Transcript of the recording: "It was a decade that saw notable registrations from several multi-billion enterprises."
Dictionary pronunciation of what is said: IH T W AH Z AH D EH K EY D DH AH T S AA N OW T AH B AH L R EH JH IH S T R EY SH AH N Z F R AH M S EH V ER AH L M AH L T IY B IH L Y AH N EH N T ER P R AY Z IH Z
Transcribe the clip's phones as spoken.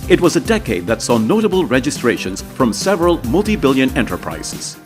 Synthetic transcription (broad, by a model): IH T W AH Z AH D EH K EY D DH AH T S AA N OW T AH B AH L R EH JH IH S T R EY SH AH N Z F R AH M S EH V ER AH L M AH L T IY B IH L Y AH N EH N T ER P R AY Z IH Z